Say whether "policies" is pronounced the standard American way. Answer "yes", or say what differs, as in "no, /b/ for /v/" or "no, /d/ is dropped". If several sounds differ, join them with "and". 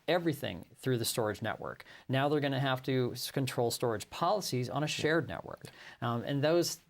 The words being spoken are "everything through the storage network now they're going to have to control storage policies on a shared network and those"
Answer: yes